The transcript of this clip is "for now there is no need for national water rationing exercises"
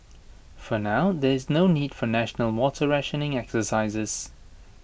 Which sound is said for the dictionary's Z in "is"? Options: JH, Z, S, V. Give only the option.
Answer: Z